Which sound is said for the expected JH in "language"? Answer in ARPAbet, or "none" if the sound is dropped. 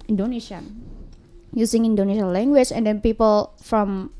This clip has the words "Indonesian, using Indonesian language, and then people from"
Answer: CH